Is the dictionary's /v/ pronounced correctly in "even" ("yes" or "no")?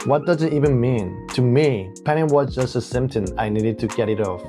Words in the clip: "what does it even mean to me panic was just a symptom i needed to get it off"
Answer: yes